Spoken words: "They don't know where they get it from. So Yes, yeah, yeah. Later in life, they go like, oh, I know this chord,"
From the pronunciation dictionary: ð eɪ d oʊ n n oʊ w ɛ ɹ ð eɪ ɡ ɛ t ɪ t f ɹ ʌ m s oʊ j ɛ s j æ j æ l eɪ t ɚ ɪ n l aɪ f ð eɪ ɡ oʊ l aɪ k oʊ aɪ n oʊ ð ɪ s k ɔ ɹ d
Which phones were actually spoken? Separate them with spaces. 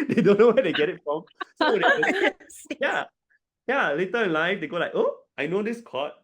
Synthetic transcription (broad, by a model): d eɪ d oʊ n n oʊ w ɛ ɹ eɪ ɡ ɛ t ɪ t f ɹ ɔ m s oʊ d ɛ j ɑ j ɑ l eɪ t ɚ ɪ n l aɪ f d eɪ ɡ oʊ l aɪ k oʊ aɪ n oʊ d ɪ s k ɔ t